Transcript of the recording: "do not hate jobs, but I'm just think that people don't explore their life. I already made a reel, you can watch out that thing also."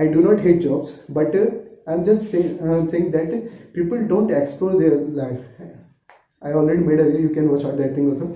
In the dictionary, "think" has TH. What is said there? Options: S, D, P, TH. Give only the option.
S